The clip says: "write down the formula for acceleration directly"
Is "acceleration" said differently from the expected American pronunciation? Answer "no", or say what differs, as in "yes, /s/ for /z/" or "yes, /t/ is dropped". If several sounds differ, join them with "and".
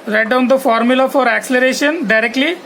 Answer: no